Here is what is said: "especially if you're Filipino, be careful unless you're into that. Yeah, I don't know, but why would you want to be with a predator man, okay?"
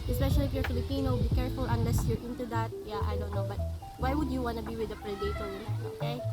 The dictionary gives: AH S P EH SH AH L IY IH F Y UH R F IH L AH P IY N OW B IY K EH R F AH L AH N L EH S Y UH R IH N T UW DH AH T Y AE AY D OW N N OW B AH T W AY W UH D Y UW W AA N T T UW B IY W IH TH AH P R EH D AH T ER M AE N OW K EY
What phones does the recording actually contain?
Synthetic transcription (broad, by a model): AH S P EH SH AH L IY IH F Y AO R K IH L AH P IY N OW B IY K EH R F AH L AH N L EH S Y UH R IH N T UW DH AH T Y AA AY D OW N N OW B AH T W AY W UH D Y UW W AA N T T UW B IY W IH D AH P R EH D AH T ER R OW K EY